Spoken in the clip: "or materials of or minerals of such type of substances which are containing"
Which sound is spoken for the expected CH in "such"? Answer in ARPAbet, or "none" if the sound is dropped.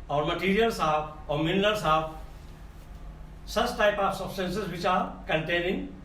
S